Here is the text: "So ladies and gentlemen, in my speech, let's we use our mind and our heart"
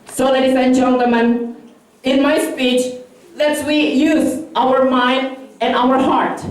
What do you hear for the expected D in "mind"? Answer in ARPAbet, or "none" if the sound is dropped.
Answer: D